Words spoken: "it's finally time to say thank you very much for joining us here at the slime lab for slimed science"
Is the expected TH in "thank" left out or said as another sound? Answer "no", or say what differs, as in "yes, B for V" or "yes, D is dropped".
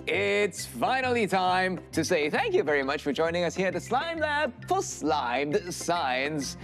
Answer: no